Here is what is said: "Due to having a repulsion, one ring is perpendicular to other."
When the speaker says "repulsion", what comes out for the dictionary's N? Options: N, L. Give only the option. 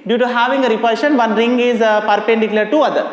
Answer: N